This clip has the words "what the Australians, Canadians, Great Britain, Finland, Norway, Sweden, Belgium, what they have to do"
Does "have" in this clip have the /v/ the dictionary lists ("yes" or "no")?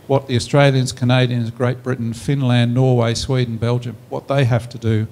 no